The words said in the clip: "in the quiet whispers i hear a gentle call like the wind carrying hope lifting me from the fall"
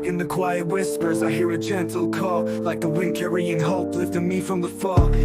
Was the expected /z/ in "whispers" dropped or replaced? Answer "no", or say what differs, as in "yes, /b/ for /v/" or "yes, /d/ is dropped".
no